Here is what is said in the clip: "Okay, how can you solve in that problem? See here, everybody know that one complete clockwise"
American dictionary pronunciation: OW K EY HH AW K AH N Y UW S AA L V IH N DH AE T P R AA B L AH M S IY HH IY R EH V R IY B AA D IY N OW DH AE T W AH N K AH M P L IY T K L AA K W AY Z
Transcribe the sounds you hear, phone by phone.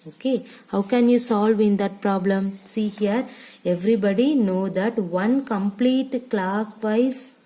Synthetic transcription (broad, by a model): OW K EY HH AW K AH N Y UW S AA L V IH N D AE T P R AA B L AH M S IY HH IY R EH V R IY B AA D IY N OW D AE T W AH N K AH M P L IY T K L AA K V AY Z